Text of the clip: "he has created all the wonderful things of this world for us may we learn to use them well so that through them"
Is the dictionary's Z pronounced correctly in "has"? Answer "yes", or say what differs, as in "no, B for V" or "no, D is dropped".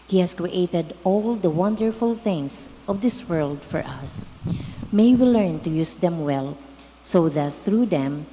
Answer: no, S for Z